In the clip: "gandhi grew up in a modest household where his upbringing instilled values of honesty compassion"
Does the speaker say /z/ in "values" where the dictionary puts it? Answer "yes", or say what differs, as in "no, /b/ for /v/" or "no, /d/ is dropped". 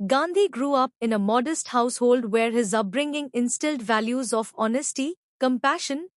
yes